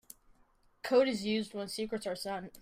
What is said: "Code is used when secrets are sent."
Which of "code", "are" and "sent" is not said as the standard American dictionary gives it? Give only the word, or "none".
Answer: sent